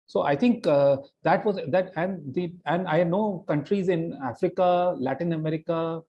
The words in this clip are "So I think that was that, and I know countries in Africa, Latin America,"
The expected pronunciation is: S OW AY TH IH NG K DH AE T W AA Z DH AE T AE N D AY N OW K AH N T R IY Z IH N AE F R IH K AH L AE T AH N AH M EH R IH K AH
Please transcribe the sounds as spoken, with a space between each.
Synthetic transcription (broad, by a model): S OW AY T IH NG K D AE T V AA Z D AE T AE N D AY N OW K AH N T R IY Z IH N AE F R IH K AH L AE T AH N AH M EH R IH K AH